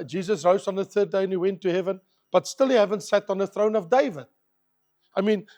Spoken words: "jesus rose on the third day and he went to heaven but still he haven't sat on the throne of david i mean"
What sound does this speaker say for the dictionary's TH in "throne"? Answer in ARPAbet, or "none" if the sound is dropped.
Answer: TH